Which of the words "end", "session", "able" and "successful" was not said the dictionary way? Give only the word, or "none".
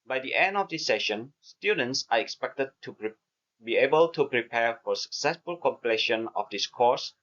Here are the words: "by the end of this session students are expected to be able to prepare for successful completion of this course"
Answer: none